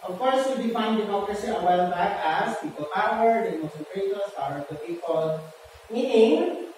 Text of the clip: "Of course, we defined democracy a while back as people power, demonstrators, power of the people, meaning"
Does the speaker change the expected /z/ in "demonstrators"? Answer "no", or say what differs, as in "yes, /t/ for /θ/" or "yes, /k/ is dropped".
yes, /s/ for /z/